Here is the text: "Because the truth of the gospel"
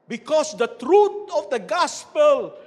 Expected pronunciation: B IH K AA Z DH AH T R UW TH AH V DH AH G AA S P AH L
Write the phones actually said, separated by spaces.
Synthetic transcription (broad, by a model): B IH K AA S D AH T R UW T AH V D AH G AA S P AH L